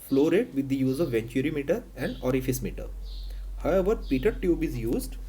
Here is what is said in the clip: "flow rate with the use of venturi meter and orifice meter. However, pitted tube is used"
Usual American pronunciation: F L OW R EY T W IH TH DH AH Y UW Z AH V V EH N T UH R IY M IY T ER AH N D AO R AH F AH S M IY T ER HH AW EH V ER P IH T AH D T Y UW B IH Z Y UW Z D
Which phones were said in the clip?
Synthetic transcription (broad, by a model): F L OW R EY T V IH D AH Y UW Z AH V V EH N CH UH R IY M IY T ER AH N D AO R AH F AH S M IY T ER HH AW EH V ER P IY T AH D T Y UW B IH Z Y UW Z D